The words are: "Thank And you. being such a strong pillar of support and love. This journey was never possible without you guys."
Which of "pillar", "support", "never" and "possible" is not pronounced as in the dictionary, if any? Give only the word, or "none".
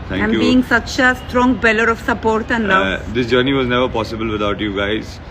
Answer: pillar